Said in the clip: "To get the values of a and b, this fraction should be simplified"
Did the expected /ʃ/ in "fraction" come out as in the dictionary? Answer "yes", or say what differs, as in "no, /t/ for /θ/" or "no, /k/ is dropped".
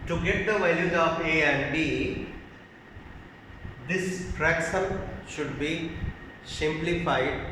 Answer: no, /s/ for /ʃ/